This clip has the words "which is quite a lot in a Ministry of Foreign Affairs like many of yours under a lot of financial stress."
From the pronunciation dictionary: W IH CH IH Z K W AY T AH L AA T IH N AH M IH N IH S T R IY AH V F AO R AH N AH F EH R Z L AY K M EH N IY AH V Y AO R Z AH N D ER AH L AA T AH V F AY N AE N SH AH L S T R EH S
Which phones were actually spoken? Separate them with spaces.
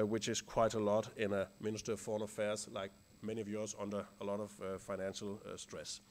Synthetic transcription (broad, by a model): W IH CH IH Z K W AY T AH L AA T IH N AH M IH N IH S T R AH V F AO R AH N AH F EH R Z L AY K M EH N IY AH V Y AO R Z AH N D ER AH L AA T AH V F AY N AE N SH AH L S T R EH S